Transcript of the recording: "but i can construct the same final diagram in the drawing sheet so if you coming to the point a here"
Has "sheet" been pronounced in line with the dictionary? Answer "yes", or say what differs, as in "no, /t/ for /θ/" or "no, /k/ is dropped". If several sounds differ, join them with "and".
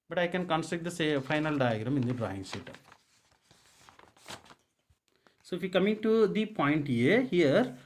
no, /s/ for /ʃ/